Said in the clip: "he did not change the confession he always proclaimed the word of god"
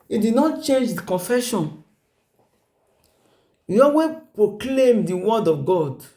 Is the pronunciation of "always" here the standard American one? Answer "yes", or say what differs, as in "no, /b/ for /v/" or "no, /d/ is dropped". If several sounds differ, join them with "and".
no, /l/ is dropped and /z/ is dropped